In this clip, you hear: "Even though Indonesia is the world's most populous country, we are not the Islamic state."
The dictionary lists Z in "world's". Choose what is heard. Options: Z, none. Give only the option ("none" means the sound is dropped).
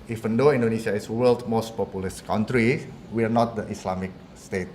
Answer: none